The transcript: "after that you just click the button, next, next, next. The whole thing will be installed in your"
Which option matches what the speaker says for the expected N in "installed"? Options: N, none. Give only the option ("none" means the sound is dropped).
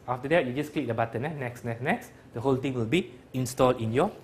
N